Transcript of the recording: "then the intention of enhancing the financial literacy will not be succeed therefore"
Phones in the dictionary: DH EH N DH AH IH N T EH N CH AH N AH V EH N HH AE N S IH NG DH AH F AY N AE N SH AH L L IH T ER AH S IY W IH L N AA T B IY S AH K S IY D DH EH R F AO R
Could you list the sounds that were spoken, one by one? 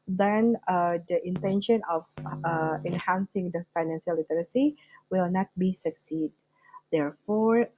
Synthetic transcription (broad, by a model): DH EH N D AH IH N T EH N SH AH N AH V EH N HH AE N S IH NG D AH F AY N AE N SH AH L L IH T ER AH S IY W IH L N AA T B IY S AH K S IY D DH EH R F AO R